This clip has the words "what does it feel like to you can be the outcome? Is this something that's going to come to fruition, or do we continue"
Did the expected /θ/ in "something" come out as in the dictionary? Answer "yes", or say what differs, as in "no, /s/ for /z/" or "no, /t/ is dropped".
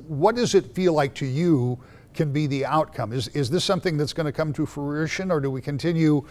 yes